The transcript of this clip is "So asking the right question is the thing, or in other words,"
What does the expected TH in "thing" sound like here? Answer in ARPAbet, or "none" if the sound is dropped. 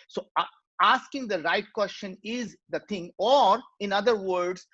T